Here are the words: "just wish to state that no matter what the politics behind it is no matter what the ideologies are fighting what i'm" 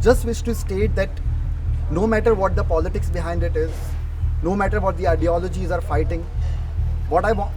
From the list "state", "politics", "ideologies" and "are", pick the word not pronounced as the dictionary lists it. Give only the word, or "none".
none